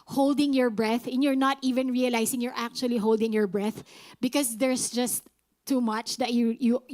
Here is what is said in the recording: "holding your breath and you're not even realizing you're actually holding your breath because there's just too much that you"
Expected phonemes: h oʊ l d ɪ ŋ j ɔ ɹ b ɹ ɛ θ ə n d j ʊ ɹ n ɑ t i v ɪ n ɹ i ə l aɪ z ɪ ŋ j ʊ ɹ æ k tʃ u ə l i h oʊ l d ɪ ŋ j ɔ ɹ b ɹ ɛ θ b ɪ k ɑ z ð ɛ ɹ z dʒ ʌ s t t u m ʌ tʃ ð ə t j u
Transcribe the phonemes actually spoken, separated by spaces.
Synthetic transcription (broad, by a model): h oʊ l d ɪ ŋ j ɔ ɹ b ɹ ɛ θ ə n j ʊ ɹ n ɑ t i v ɪ n ɹ i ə l aɪ s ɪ ŋ j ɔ ɹ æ k tʃ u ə l i h oʊ l d ɪ ŋ j ɔ ɹ b ɹ ɛ θ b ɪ k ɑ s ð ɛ ɹ s dʒ ʌ s t t u m ʌ tʃ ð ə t j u